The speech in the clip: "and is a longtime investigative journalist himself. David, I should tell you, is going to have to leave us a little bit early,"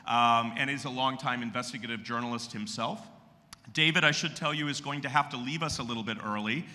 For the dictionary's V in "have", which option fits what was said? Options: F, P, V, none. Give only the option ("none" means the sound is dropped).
F